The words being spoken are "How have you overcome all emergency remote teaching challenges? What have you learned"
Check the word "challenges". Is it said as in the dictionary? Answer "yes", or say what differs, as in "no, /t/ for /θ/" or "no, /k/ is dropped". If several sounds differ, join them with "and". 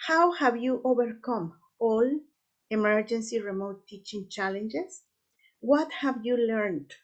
no, /s/ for /z/